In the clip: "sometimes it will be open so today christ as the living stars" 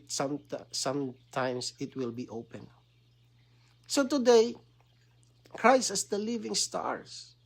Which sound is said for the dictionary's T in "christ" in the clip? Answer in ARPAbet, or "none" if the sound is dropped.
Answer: none